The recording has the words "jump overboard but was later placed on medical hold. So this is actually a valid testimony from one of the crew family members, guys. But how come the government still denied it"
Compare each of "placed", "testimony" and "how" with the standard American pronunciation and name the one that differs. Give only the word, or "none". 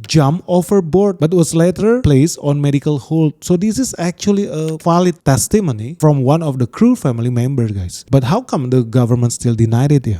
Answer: placed